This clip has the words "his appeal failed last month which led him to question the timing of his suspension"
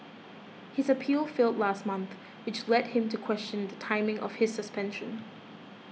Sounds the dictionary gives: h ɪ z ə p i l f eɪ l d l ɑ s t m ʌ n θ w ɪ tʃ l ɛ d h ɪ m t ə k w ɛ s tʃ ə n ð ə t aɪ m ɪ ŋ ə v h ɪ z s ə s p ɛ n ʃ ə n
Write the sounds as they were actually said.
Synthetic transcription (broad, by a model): h ɪ z ə p i l f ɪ l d l ɑ s t m ʌ n θ w ɪ tʃ l ɛ d h ɪ m t ə k w ɛ s tʃ ə n ð ə t aɪ m ɪ ŋ ə v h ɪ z s ə s p ɛ n ʃ ə n